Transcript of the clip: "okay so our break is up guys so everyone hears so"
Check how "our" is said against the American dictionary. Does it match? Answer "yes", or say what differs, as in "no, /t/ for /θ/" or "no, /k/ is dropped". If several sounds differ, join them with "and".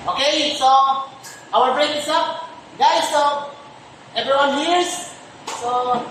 no, /l/ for /ɹ/